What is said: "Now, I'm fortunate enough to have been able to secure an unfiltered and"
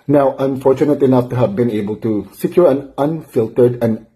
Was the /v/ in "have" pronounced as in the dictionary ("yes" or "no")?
yes